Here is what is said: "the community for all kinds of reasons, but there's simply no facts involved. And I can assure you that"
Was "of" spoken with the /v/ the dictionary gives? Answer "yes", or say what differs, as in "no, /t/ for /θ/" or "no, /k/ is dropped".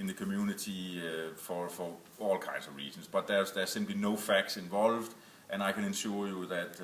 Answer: yes